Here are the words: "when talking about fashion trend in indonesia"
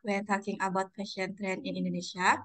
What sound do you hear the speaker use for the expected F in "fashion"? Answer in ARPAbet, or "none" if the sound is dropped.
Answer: P